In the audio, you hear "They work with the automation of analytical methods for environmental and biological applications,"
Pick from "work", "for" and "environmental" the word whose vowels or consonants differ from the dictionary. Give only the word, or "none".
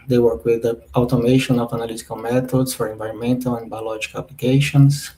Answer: none